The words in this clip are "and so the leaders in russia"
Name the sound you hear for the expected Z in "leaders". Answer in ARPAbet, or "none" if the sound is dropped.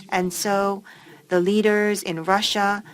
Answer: Z